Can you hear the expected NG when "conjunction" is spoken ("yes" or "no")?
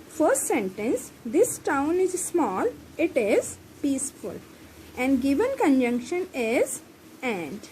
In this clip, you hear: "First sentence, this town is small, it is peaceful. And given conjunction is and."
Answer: yes